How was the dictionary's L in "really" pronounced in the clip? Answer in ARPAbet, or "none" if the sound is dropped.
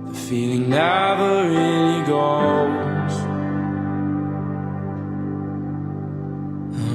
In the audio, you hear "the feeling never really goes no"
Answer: N